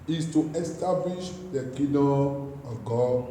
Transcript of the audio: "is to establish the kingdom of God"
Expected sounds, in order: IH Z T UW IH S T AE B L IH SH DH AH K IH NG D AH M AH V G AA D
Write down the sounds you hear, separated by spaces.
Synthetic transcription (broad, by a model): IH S T UW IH S T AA B L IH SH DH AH K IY D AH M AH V G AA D